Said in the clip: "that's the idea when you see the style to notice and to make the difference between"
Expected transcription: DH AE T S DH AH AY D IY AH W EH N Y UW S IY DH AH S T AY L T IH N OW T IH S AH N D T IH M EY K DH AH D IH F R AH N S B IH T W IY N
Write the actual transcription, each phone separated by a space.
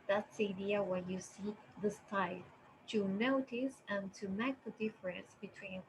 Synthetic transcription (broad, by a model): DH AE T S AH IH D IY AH W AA Y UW S IY DH AH S T AY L T IH N OW T IH S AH N T IH M EY K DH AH D IH F R AH N S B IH T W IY N